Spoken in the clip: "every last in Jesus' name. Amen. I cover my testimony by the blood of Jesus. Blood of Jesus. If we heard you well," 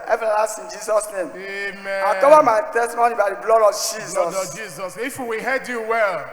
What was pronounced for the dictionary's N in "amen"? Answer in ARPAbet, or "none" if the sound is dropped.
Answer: none